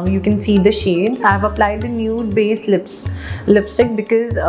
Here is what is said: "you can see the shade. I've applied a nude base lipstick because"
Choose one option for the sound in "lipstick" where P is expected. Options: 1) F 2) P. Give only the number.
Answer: 2